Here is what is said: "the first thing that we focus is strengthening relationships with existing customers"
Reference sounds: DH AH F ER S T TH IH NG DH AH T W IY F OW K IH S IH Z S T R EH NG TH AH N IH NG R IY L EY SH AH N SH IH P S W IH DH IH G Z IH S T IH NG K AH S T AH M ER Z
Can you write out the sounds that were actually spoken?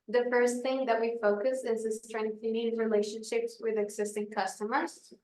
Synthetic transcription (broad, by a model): DH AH F ER S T TH IH NG DH AH T W IY F OW K IH S IH Z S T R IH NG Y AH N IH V R IY L EY SH AH N SH IH P S W IH DH IH G Z IH S T IH NG K AH S T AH M ER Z